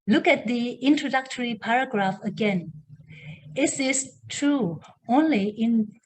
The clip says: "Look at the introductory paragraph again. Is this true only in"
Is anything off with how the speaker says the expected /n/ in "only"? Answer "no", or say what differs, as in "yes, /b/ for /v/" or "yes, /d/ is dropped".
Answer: no